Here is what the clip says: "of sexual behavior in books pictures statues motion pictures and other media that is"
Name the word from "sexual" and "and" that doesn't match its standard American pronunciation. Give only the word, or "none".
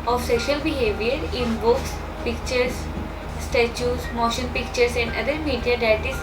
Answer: sexual